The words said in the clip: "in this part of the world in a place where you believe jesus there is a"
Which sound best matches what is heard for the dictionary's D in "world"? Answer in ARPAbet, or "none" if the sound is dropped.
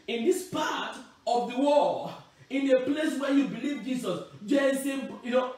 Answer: none